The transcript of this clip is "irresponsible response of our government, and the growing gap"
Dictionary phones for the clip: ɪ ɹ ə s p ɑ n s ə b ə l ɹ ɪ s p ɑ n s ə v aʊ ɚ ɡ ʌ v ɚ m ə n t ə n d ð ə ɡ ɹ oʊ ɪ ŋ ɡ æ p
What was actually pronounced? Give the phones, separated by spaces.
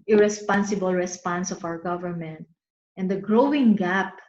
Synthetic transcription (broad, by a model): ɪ ɹ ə s p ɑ n s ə b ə l ɹ ɪ s p ɑ n s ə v aʊ ɚ ɡ ʌ v ɚ m ə n t ə n d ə ɡ ɹ oʊ ɪ ŋ ɡ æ p